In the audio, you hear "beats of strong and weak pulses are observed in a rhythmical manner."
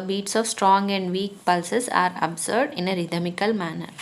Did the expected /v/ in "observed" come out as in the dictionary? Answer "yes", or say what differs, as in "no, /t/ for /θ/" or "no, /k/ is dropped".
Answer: no, /v/ is dropped